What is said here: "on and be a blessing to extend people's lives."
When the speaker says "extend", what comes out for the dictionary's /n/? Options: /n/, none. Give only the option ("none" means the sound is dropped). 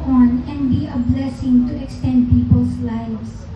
/n/